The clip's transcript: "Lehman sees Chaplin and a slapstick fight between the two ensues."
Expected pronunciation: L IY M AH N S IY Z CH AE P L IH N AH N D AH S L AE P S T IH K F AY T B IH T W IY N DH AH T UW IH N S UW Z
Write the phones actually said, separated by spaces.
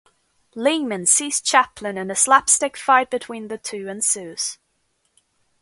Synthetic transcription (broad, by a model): L IY M AH N S IY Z CH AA P L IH N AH N AH S L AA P S T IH K F AY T B IH T W IY N DH AH T UW IH N S UW Z